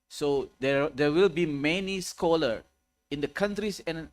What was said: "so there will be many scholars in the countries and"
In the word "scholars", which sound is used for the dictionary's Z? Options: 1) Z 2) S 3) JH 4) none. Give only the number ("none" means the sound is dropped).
4